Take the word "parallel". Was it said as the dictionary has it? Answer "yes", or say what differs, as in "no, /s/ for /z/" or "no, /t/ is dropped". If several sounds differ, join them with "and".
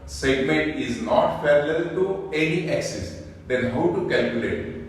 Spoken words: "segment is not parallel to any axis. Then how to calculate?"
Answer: no, /f/ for /p/